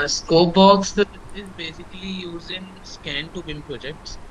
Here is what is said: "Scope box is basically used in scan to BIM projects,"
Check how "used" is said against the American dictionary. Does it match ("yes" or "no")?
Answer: no